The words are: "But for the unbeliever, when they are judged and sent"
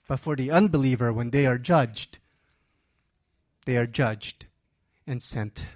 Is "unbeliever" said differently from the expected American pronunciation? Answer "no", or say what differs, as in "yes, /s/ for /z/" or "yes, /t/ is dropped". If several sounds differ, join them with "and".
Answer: no